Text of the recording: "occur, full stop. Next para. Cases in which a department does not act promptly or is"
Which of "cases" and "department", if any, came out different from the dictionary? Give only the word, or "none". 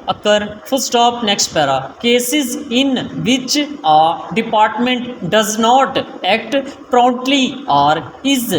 none